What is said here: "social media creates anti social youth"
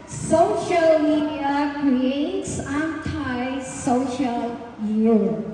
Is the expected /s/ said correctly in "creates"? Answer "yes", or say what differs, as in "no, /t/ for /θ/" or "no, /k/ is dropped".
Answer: yes